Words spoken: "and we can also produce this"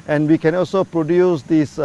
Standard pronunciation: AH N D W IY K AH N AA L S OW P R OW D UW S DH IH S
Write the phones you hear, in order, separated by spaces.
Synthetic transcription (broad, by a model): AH N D W IY K AH N AA L S OW P R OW D UW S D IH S